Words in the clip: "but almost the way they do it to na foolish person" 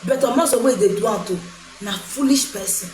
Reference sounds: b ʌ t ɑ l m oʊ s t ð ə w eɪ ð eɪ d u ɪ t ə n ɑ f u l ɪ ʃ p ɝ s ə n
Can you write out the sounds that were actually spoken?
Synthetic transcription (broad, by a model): b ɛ t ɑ m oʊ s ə w eɪ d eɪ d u ɪ t ə n ɑ f u l ɪ ʃ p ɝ s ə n